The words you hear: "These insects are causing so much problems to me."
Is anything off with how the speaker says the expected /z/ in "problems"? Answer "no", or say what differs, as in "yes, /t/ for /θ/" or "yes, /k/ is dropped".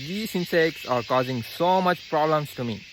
yes, /s/ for /z/